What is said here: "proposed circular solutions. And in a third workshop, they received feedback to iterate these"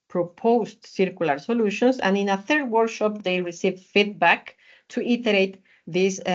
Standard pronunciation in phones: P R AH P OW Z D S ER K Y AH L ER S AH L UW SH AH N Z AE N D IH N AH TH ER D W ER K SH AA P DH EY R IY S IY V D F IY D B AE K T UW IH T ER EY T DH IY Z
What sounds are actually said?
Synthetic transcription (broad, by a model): P R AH P OW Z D S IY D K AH L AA S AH L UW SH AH N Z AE N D IH N AH TH ER D W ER K SH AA P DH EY R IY S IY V F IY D B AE K T UW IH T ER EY T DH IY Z